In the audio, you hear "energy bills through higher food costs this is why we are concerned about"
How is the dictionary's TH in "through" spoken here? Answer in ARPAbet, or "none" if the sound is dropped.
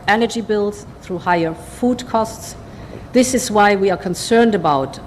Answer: TH